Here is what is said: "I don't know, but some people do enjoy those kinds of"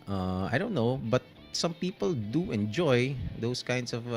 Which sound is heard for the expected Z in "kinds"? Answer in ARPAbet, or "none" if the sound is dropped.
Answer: S